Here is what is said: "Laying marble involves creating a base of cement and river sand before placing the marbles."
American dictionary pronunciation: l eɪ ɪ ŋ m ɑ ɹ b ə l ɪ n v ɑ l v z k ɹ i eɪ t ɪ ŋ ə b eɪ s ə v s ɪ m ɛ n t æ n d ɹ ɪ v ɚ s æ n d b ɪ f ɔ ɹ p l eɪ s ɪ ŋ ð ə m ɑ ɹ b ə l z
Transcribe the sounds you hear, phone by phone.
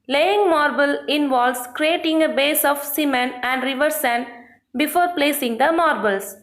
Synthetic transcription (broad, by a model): l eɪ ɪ ŋ m ɑ ɹ b ə l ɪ n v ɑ l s k ɹ i eɪ t ɪ ŋ ə b eɪ s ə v s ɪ m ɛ n æ n d ɹ ɪ v ɚ s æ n b ɪ f ɔ ɹ p l eɪ s ɪ ŋ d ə m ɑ ɹ b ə l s